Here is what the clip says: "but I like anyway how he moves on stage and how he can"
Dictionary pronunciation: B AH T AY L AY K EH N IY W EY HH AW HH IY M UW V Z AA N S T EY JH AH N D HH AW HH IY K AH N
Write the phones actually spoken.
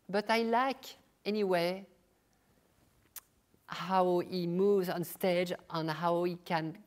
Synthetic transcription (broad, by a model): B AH T AY L AY K EH N IY W EY HH AW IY M UW V Z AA N S T EY JH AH N HH AW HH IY K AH N